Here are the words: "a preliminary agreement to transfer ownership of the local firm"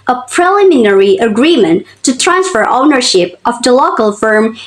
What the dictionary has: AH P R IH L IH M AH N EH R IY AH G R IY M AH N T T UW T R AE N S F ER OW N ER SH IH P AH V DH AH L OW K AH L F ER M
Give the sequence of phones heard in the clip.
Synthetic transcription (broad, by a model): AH P R IH L IH M AH N EH R IY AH G R IY M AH N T T UW T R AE N S F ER OW N ER SH IH P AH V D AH L OW K AH L F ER M